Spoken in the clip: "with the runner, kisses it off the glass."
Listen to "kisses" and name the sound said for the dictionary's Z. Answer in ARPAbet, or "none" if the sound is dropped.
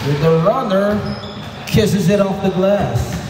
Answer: Z